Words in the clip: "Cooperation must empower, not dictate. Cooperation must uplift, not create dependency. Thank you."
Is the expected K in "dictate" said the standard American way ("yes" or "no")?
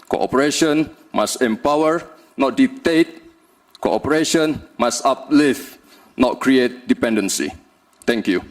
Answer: no